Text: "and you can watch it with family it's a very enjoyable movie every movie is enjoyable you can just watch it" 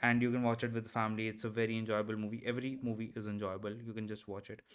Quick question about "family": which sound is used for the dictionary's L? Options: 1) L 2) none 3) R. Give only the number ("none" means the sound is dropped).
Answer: 1